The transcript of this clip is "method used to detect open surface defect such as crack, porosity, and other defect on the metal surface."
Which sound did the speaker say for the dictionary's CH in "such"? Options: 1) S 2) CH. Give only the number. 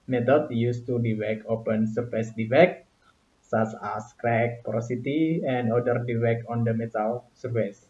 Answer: 1